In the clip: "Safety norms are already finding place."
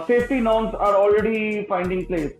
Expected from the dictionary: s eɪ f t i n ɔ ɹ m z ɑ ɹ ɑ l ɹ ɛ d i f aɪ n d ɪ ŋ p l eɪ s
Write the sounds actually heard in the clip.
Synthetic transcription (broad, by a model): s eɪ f t i n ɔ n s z ɑ ɹ ɑ l ɹ ɛ d i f aɪ n d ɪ ŋ p l eɪ s